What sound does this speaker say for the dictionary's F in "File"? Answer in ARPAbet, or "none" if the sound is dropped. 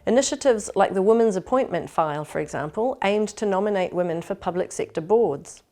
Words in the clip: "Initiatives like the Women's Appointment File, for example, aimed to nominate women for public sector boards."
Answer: F